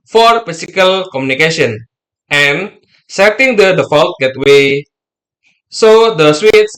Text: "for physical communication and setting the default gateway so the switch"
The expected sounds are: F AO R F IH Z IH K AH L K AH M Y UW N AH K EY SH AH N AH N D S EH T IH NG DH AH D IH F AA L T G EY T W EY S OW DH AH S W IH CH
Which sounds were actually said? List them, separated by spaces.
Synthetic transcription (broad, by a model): F AO R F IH S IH K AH L K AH M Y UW N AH K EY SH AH N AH N S EH T IH NG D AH D IH F AA L T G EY T W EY S OW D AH S W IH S